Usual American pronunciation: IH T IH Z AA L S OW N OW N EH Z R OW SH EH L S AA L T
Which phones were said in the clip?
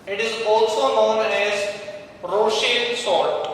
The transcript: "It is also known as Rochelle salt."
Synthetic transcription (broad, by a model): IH T IH Z AA L S OW N OW N EH Z R OW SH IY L S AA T